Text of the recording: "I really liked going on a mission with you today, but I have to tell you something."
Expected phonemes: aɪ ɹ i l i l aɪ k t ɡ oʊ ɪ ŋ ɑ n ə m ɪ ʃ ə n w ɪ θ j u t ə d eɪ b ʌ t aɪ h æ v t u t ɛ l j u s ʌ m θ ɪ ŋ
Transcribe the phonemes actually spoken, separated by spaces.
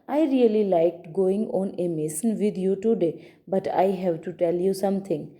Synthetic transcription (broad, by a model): aɪ ɹ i l i l aɪ k t ɡ oʊ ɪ ŋ ɑ n ə m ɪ s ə n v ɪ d j u t ə d eɪ b ʌ t aɪ h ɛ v t u t ɛ l j u s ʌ m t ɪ ŋ